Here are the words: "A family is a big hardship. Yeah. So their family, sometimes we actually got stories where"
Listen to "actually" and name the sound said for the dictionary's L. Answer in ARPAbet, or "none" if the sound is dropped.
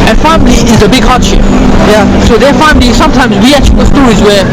none